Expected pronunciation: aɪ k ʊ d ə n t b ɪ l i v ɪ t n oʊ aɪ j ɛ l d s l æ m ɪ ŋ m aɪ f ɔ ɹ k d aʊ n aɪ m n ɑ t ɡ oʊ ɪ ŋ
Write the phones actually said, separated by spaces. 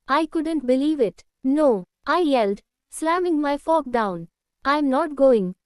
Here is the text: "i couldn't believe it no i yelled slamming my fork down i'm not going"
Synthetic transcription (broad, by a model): aɪ k ʊ d ə n t b ɪ l i v ɪ t n oʊ aɪ j ɛ l d s l æ m ɪ ŋ m aɪ f ɔ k d aʊ n aɪ m n ɑ t ɡ oʊ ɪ ŋ